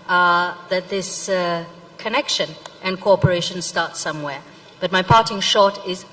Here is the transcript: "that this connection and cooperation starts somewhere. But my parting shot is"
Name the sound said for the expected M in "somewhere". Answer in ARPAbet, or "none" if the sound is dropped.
M